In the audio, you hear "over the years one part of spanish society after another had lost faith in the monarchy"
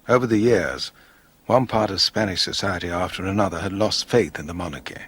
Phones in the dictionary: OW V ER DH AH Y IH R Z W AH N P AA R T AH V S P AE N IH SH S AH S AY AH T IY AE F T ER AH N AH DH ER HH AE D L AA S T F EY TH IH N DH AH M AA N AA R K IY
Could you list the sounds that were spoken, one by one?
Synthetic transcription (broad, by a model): OW V ER DH AH Y IH R Z W AH N P AA R T AH V S P AE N IH SH S AH S AY AH T IY AE F T ER AH N AH DH ER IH D L AA S T F EY TH IH N DH AH M AA N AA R K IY